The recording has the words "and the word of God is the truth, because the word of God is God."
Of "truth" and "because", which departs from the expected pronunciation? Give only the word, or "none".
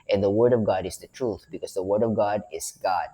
none